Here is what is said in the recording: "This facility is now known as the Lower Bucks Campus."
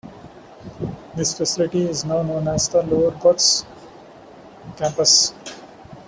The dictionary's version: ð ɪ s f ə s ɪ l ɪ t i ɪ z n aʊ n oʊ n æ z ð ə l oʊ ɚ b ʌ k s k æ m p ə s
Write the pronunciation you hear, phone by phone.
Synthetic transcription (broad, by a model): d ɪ s f ə s ɪ l ɪ t i ɪ z n aʊ n oʊ n æ z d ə l oʊ ɚ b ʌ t s k æ m p ə s